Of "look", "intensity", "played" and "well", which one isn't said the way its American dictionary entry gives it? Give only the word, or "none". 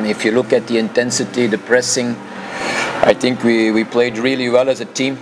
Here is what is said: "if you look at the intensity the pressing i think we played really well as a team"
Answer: none